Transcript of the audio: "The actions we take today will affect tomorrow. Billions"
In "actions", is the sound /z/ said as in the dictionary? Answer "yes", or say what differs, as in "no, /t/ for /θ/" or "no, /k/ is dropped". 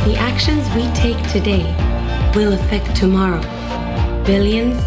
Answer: yes